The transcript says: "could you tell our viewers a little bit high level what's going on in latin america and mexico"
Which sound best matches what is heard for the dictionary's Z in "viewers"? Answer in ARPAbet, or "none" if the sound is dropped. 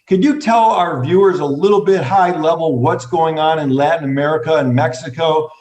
Z